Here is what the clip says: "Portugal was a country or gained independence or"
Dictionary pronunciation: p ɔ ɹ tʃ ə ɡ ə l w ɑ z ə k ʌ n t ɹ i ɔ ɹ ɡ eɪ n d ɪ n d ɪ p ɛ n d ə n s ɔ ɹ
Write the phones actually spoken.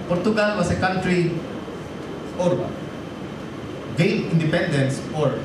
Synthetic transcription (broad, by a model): p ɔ ɹ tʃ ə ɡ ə l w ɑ s ə k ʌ n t ɹ i ɔ ɹ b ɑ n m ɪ n d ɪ p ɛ n d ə n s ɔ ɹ